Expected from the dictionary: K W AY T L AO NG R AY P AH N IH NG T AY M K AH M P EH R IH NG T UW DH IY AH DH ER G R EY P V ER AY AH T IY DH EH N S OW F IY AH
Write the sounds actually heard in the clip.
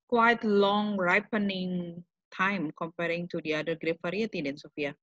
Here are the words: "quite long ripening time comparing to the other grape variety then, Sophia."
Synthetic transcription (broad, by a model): K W AY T L AO NG R AY P AH N IH NG T AY M K AH M P EH R IH NG T UW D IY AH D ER G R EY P F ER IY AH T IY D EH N S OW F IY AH